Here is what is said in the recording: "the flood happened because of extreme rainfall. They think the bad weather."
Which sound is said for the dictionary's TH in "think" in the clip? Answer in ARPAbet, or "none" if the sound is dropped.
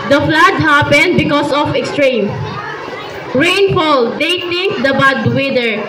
T